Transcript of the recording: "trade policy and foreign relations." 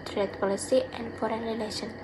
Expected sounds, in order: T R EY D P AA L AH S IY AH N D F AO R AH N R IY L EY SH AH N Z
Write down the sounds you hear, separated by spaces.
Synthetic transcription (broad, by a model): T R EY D P AA L AH S IY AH N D F AO R AH N R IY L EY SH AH N